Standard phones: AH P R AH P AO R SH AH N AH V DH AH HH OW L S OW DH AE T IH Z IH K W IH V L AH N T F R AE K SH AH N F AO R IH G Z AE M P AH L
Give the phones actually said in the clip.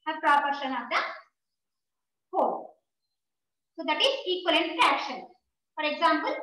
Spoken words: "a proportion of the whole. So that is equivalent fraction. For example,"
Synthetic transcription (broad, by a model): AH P R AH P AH R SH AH N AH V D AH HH OW S OW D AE T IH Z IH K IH L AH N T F AE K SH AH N F AO R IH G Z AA M P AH L